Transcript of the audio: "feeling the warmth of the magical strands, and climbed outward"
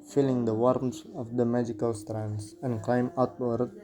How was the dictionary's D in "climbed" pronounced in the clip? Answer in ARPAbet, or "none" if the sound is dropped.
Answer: none